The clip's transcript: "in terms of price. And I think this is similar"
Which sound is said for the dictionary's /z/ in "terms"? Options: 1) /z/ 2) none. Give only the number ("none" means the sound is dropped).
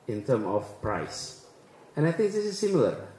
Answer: 2